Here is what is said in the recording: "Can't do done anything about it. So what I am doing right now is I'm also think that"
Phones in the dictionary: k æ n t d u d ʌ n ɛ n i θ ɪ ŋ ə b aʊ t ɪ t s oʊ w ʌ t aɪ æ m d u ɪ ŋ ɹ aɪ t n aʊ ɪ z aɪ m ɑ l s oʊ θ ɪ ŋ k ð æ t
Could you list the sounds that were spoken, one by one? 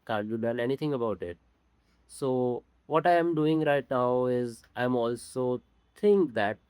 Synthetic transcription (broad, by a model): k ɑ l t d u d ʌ l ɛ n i t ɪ ŋ ə b aʊ t ɪ t s oʊ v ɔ t aɪ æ m d u ɪ ŋ ɹ aɪ t n aʊ ɪ z aɪ m ɑ l s oʊ t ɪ ŋ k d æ t